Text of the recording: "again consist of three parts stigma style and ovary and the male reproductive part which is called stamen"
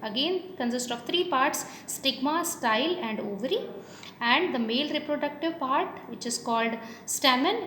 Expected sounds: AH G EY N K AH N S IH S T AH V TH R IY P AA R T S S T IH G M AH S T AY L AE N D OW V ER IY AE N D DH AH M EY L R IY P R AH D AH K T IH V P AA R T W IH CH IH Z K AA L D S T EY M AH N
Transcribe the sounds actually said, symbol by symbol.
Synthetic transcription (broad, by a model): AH G EY N K AH N S IH S T AH V T R IY P AA R T S S T IH G M AH S T AY L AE N D OW V ER IY AE N D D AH M EY L R IY P R AH D AH K T IH V P AA R T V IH CH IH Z K AA L D S T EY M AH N